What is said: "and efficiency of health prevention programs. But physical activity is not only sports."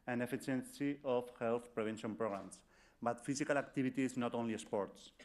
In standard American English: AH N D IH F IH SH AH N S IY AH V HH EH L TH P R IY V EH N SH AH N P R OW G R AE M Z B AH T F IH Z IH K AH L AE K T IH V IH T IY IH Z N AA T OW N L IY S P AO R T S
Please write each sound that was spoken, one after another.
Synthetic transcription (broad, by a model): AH N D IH F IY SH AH N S IY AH F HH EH L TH P R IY B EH N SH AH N P R OW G R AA M S B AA T F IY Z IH K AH L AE K T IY B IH T IY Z N AA T OW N L IY S P AO R T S